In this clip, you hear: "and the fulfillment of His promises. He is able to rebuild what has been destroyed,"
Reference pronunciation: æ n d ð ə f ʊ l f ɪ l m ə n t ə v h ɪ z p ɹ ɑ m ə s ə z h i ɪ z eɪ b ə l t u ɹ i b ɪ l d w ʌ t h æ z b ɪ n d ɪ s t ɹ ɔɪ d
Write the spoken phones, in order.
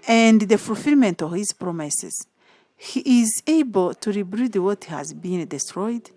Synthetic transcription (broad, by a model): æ n d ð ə f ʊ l f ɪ l m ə n t ə v h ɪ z p ɹ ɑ m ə s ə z h i ɪ z eɪ b ə l t u ɹ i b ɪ d w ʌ t h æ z b ɪ n d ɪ s t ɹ ɔɪ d